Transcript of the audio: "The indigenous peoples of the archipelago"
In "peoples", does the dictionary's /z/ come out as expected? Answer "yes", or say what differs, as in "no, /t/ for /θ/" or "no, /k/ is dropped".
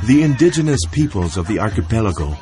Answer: yes